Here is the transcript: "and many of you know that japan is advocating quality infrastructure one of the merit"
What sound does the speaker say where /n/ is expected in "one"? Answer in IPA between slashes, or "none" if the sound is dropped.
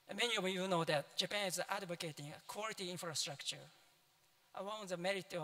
/l/